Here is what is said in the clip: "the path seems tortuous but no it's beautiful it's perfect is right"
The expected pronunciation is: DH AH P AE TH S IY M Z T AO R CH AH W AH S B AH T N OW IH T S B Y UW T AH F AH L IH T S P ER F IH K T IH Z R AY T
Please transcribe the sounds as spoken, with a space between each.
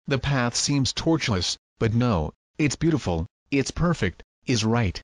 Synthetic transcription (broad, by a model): DH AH P AE TH S IY M Z T AO R CH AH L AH S B AH T N OW IH T S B Y UW T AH F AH L IH T S P ER F IH K T IH Z R AY T